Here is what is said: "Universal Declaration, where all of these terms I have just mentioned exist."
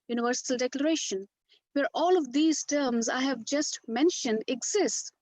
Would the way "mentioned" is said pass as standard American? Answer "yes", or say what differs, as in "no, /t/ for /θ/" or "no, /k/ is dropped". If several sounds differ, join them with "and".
yes